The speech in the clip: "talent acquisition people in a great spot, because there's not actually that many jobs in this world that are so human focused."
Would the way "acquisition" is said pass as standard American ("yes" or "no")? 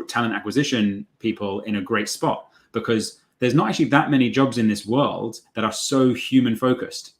yes